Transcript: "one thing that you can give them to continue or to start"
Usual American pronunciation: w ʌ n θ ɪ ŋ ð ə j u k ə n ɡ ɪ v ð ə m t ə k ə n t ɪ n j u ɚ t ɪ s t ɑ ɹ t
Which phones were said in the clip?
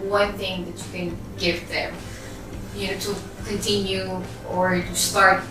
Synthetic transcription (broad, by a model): w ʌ n θ ɪ ŋ ð ə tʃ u k ə n ɡ ɪ v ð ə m t ə k ə n t ɪ n j u ɚ t ɪ s t ɑ ɹ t